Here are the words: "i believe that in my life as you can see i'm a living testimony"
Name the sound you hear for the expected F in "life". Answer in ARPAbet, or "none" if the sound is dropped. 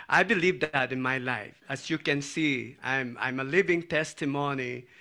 F